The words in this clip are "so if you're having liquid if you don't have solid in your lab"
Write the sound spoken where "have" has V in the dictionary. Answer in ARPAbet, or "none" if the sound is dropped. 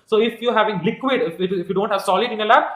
V